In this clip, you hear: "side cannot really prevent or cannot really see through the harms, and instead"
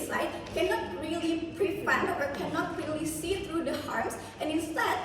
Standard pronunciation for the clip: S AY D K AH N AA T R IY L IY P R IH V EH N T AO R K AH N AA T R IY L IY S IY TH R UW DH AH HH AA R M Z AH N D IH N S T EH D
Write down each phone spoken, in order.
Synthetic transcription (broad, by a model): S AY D K AH N AA T R IY L IY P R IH F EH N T AO R K AH N AA T R IY L IY S IY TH R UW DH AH HH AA R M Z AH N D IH N S T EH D